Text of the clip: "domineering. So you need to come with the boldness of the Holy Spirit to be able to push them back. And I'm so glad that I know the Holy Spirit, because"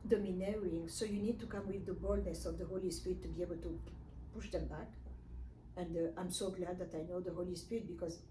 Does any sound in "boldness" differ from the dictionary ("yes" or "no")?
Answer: no